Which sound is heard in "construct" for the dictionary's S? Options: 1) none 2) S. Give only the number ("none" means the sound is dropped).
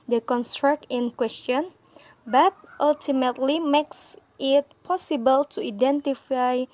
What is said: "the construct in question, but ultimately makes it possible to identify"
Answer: 2